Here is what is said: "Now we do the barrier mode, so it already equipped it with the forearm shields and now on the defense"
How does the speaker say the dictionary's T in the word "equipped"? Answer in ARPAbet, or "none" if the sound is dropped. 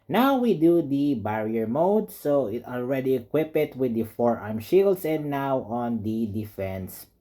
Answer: none